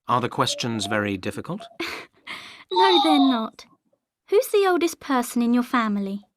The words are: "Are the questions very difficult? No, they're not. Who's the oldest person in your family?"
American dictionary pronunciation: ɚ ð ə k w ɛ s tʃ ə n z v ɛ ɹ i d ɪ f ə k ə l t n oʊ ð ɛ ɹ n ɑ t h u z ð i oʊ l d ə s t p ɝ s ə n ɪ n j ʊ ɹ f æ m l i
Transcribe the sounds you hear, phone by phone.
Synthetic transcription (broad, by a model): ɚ ð ə k w ɛ s tʃ ə n z v ɛ ɹ i d ɪ f ə k ə l t n oʊ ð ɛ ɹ n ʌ t h u z ð i oʊ l d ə s p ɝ s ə n ɪ n j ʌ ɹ f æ m l i